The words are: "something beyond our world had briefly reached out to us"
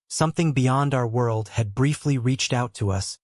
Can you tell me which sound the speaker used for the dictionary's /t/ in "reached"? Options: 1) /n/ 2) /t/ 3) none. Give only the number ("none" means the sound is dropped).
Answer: 2